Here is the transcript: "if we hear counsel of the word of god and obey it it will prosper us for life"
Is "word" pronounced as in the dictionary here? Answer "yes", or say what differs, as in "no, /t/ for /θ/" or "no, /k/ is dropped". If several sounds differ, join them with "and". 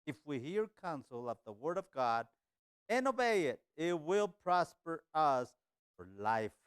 yes